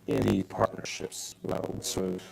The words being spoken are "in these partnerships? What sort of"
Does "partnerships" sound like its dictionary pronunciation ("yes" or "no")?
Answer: yes